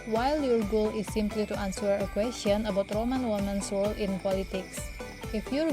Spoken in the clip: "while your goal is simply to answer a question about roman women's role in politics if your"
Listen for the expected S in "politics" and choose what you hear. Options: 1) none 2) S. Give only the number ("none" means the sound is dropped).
2